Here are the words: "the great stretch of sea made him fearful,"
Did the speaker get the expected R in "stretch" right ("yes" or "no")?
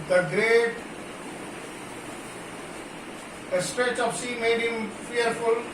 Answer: yes